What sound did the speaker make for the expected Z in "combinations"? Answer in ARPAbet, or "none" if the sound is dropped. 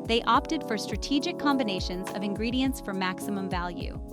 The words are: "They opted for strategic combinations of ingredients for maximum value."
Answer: Z